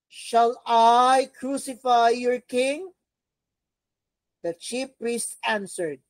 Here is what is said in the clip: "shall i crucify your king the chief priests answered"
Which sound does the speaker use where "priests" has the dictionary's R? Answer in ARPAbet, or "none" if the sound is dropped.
R